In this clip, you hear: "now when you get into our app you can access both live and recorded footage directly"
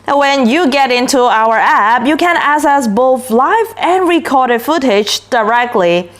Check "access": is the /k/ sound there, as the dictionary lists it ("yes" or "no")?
no